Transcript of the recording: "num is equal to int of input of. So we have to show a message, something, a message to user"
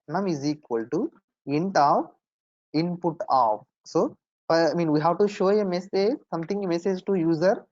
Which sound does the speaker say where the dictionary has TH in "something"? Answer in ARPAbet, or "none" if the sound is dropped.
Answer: T